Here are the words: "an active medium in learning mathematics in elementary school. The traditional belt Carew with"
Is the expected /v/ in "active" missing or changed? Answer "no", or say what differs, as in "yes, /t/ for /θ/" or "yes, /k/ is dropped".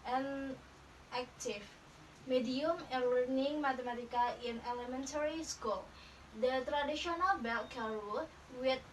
yes, /f/ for /v/